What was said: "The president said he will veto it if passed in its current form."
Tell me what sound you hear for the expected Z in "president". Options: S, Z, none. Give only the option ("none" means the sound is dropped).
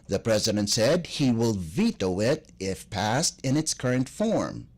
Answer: Z